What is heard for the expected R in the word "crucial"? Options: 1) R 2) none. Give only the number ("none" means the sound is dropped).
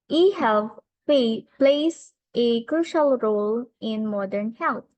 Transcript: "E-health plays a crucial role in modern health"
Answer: 1